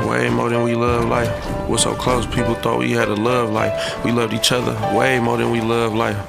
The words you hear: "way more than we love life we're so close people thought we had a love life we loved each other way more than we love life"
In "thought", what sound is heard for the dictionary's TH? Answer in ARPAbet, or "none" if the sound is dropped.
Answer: TH